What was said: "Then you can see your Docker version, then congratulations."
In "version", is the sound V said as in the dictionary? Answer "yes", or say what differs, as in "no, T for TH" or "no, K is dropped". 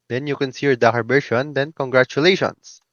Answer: no, B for V